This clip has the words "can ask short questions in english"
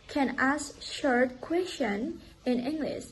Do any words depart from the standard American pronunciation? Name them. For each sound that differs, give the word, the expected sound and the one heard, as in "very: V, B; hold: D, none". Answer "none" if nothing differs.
questions: Z, none